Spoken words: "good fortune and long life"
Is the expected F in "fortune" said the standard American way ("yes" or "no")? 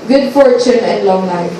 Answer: yes